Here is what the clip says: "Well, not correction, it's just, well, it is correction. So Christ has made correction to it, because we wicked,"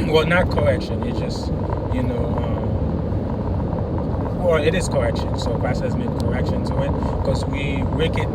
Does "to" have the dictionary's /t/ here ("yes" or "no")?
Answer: no